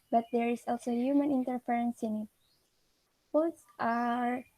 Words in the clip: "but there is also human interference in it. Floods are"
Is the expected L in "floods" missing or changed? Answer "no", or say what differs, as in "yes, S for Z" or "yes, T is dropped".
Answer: yes, L is dropped